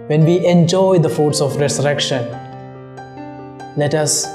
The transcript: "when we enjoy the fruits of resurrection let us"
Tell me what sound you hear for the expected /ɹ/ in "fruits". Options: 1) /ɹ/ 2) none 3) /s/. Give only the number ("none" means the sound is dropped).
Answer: 2